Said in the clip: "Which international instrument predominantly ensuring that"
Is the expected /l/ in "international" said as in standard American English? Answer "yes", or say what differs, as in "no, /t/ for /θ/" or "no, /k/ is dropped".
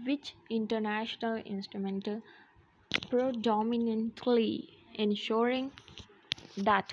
yes